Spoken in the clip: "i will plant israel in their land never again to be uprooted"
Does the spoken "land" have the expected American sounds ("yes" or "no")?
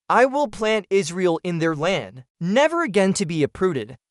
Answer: yes